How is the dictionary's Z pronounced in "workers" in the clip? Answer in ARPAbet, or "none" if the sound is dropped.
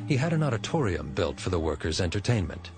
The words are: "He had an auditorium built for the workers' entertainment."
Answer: Z